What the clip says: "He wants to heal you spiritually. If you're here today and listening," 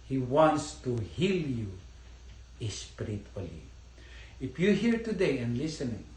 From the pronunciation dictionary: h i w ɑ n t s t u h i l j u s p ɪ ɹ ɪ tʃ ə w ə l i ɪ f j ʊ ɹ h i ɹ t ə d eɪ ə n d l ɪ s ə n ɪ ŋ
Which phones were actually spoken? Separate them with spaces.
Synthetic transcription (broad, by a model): h i w ɑ n t s t u h i l j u s p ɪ ɹ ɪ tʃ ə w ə l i ɪ f j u h i ɹ t ə d eɪ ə n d l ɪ s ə n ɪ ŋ